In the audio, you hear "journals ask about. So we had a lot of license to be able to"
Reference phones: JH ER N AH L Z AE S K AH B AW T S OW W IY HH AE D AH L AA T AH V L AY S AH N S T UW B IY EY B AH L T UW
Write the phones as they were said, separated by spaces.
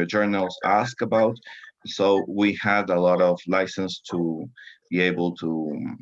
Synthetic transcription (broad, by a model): JH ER N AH L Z AE S K AH B AW T S OW W IY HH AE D AH L AA T AH V L AY S AH N S T UW B IY EY B AH L T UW